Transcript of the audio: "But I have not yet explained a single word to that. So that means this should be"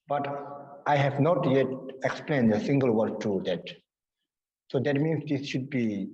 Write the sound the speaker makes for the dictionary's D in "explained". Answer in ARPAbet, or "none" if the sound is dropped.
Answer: D